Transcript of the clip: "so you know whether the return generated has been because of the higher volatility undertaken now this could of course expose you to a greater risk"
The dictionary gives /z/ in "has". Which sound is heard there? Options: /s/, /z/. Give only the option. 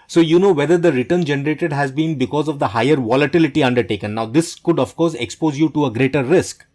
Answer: /z/